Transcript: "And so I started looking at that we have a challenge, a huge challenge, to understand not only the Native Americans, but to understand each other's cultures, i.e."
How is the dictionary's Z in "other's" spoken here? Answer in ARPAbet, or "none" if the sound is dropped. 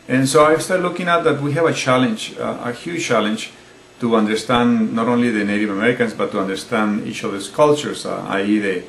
S